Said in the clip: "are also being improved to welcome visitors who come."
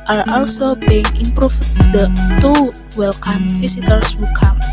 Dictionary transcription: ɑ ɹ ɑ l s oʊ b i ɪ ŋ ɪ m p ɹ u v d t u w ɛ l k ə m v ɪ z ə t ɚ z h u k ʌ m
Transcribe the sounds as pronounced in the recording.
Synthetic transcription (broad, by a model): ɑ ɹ ɑ l s oʊ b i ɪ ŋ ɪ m p ɹ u f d t u w ɛ l k ə m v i s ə t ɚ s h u k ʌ m